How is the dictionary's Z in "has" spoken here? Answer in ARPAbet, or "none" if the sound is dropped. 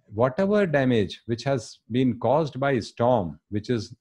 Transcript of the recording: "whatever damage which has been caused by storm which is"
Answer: Z